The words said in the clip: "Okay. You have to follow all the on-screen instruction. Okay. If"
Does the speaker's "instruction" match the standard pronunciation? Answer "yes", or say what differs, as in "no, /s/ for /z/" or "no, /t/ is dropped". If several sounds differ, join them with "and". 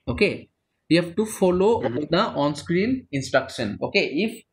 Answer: yes